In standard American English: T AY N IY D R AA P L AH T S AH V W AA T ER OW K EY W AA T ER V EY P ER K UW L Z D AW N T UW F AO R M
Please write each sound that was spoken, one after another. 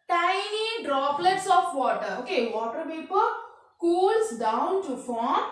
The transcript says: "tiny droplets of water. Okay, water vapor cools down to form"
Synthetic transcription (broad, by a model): T AY N IY D R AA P L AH T S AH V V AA T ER OW K EY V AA T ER P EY P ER K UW L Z D AW N T UW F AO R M